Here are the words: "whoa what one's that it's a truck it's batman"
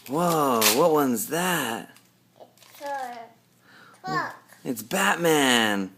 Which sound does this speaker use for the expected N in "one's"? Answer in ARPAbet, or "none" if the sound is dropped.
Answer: N